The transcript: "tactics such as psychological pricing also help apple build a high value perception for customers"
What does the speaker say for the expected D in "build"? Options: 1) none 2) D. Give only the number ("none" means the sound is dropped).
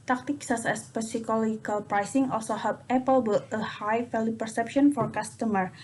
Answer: 1